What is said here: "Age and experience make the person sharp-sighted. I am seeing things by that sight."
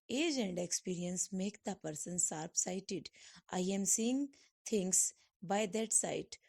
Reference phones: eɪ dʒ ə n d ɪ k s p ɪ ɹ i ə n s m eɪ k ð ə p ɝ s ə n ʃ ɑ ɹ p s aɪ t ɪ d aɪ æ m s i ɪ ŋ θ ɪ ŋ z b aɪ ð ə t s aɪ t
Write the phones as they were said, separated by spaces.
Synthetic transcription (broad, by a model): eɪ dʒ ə n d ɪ k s p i ɹ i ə n s m eɪ k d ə p ɝ s ə n s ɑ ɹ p s aɪ t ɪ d aɪ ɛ m s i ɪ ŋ t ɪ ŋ s b aɪ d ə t s aɪ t